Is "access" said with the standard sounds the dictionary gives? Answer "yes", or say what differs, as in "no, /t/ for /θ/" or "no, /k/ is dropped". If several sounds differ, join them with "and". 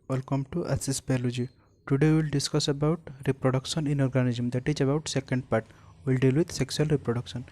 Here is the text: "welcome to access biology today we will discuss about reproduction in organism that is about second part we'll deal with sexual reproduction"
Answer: no, /k/ is dropped